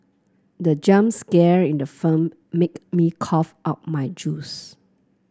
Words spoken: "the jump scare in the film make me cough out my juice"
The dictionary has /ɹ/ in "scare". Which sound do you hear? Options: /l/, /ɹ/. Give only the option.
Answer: /ɹ/